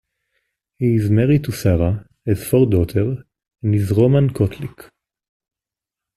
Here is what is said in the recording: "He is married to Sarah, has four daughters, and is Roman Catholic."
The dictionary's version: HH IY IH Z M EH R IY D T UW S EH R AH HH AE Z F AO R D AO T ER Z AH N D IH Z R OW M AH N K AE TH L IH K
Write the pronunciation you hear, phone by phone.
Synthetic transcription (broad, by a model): HH IY Z M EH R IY T UW S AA R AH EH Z F AO R D AO T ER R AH N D IH Z R OW M AH N K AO T L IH K